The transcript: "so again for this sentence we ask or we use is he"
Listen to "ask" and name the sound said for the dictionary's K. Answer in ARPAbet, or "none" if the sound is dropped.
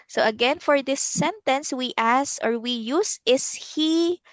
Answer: none